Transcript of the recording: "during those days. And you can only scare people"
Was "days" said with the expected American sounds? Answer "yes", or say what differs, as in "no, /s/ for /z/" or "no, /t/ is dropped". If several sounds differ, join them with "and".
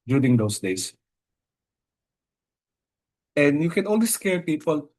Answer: no, /s/ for /z/